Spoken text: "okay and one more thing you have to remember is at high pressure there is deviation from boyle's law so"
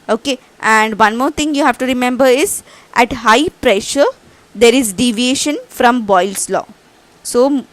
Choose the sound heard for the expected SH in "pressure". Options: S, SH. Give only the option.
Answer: SH